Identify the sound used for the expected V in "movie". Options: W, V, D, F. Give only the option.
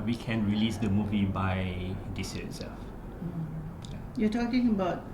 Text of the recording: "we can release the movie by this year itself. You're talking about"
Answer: V